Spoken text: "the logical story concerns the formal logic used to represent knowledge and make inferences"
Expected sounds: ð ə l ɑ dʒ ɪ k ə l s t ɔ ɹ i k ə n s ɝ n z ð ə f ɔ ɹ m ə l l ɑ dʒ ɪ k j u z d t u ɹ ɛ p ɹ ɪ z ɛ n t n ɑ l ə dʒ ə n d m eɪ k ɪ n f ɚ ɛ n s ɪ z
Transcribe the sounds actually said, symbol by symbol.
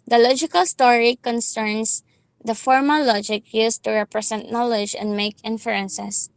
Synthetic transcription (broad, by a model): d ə l ɑ dʒ ɪ k ə l s t ɔ ɹ i k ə n s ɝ n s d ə f ɔ ɹ m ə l l ɑ dʒ ɪ k j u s t u ɹ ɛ p ɹ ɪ s ɛ n t n ɑ l ə dʒ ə n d m eɪ k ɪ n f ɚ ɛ n s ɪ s